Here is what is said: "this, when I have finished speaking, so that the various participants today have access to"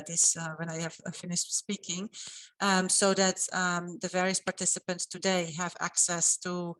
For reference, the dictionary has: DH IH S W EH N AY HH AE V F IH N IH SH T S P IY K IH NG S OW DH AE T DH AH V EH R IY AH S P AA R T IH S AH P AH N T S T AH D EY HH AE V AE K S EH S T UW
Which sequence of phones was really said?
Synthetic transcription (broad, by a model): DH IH S W EH N AY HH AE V F IH N IH SH T S P IY K IH NG S OW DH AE T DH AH V EH R IY AH S P AA R T IH S AH P AH N T S T AH D EY HH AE V AE K S EH S T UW